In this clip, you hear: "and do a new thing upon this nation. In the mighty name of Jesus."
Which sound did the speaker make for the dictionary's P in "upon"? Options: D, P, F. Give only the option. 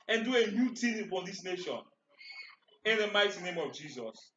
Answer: F